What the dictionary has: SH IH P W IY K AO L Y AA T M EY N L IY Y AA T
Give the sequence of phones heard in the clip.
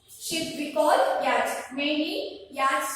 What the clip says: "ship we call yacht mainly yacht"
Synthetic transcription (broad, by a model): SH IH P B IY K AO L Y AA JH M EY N IY Y AA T